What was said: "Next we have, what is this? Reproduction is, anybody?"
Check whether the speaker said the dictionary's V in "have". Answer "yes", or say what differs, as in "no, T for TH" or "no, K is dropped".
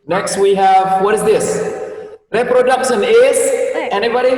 yes